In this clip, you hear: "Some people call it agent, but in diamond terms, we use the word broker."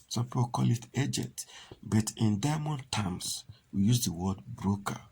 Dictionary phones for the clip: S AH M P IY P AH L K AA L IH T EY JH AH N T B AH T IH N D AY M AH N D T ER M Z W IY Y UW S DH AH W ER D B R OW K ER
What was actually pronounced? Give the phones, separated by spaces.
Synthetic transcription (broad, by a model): S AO M P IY P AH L K AA L IH T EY JH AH T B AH T IH N D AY M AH N T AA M S W IY Y UW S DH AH W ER D B R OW K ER